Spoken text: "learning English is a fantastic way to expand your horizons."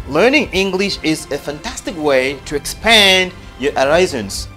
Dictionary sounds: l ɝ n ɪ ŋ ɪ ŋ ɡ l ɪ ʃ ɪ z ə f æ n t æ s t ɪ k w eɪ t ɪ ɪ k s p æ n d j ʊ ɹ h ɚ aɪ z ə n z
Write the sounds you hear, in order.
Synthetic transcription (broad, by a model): l ɝ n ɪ ŋ ɪ ŋ ɡ l ɪ ʃ ɪ z ə f æ n t æ s t ɪ k w eɪ t ɪ ɪ k s p æ n d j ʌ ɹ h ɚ aɪ z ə n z